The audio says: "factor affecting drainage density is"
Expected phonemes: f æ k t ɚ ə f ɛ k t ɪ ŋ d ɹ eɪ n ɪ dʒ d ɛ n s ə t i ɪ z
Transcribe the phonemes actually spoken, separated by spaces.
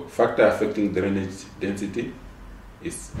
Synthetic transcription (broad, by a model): f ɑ k t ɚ ə f ɛ k t ɪ ŋ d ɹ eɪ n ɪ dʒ d ɛ n s ə t i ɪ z